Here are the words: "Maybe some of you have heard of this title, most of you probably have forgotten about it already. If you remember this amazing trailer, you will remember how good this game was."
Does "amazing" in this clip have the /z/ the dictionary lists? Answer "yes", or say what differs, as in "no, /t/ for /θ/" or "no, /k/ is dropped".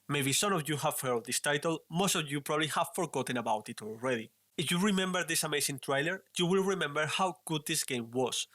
no, /s/ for /z/